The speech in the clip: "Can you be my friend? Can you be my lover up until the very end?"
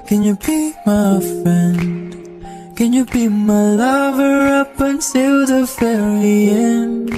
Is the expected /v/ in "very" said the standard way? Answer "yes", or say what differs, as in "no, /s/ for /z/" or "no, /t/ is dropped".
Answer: no, /f/ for /v/